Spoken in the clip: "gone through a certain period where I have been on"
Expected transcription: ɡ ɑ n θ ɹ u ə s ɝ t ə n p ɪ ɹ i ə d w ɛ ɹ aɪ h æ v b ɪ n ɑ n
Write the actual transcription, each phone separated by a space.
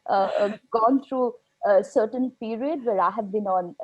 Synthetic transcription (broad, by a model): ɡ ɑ n t ɹ u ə s ɝ t ə n p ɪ ɹ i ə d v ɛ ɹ aɪ h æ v b ɪ n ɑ n